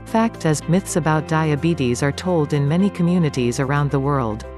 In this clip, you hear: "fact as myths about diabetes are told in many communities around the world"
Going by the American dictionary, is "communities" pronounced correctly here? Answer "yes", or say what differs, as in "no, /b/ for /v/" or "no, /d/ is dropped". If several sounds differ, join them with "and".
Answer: yes